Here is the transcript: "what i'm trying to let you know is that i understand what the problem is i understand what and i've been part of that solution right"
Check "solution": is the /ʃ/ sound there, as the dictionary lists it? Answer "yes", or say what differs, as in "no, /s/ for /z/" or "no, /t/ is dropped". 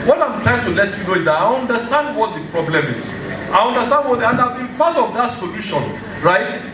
yes